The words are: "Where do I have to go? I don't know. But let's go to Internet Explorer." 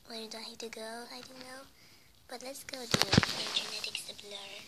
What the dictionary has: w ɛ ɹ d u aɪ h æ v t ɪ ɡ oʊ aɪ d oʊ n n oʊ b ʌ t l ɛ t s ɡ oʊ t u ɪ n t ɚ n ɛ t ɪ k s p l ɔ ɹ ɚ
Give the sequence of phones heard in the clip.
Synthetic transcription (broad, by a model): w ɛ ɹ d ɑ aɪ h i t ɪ ɡ oʊ aɪ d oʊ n n oʊ b ʌ t l ɛ t s ɡ oʊ t u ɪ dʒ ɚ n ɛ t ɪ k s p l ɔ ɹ